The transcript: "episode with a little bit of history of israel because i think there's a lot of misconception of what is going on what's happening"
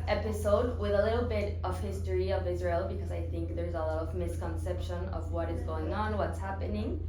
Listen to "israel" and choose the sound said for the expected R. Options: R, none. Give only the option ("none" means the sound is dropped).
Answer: R